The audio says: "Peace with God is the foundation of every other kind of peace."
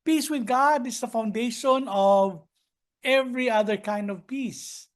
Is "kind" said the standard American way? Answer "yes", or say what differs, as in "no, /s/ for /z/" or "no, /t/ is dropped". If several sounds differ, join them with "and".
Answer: yes